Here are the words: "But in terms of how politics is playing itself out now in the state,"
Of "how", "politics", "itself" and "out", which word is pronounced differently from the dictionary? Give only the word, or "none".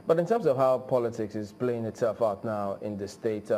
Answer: itself